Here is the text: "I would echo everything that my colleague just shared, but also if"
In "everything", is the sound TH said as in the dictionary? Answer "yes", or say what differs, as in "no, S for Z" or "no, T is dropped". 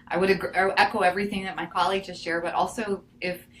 yes